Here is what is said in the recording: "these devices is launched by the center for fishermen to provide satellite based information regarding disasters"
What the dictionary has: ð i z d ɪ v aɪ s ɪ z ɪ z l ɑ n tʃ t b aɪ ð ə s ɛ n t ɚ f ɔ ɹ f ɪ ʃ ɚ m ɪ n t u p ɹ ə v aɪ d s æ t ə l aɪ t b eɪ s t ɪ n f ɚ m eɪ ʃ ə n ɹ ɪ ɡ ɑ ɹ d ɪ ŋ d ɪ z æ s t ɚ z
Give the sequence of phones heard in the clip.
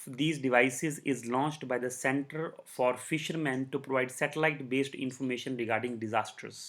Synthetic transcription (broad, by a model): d i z d ɪ v aɪ s ɪ z ɪ z l ɑ n tʃ t b aɪ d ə s ɛ n t ɚ f ɔ ɹ f ɪ ʃ ɚ m ɪ n t u p ɹ ə v aɪ d s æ t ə l aɪ t b eɪ s t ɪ n f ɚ m eɪ ʃ ə n ɹ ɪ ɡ ɑ ɹ d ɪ ŋ d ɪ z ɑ s t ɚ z